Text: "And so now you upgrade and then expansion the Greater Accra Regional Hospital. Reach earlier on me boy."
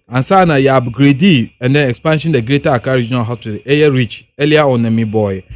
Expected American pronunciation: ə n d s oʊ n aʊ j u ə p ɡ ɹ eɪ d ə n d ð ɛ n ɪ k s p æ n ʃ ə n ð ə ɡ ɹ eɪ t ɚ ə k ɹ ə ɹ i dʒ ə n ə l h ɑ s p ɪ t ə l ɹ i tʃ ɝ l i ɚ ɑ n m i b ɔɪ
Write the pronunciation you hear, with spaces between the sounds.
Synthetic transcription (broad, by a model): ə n s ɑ n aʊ j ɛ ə b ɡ ɹ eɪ d ə n d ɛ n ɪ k s p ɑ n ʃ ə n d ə ɡ ɹ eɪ t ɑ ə k ə ɹ i dʒ ə n ə l h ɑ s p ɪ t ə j ɹ i tʃ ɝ l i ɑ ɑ n m i b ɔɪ